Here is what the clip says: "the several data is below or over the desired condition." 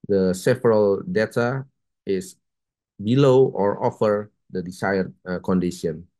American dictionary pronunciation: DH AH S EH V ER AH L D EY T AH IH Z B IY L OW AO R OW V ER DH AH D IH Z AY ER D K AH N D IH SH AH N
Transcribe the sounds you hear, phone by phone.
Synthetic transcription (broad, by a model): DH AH S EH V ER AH L D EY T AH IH S B IY L OW AO R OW F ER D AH D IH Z AY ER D K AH N D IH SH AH N